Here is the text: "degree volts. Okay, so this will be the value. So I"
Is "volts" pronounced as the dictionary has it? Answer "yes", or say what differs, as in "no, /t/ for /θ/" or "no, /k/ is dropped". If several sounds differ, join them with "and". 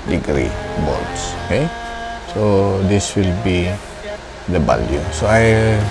no, /b/ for /v/ and /l/ is dropped